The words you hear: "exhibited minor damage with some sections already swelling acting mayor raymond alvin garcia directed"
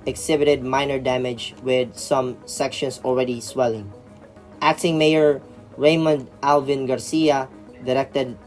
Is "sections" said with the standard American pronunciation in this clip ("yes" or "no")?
no